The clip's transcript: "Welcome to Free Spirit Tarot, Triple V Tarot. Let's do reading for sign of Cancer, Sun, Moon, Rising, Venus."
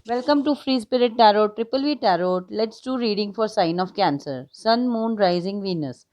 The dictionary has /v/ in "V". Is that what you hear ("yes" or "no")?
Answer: yes